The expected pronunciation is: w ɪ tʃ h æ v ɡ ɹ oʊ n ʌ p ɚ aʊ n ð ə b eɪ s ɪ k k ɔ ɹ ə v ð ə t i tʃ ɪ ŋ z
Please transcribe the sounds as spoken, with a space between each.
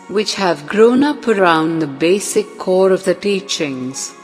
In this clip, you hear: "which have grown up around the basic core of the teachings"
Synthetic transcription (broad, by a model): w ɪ tʃ h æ v ɡ ɹ oʊ n ʌ p ɚ aʊ n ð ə b eɪ s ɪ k k ɔ ɹ ə v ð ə t i tʃ ɪ ŋ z